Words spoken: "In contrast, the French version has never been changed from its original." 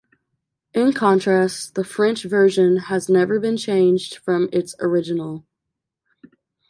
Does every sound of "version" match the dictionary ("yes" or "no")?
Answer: yes